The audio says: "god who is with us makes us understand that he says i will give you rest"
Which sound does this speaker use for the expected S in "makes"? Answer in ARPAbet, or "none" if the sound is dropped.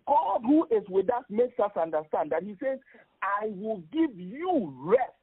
S